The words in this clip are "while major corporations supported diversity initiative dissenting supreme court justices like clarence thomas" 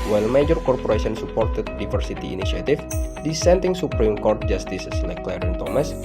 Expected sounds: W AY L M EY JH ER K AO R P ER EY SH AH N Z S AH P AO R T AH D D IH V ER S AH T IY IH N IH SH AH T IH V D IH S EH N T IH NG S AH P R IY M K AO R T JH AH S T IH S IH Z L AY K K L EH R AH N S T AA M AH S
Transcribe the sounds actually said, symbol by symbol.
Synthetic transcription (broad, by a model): W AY L M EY JH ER K AO R P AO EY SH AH N S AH P AO R T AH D D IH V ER S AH T IY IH N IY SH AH T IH F D IH S EH N T IH NG S AH P R IY M K AO R T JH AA S T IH S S L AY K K L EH R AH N T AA M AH S